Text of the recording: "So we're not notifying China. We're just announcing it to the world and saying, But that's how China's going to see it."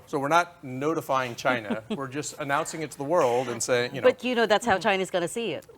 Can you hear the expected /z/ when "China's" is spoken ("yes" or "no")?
yes